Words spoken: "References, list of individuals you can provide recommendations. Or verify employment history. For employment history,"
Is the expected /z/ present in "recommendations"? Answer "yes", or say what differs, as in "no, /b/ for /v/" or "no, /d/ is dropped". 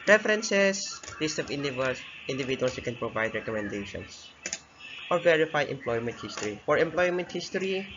no, /s/ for /z/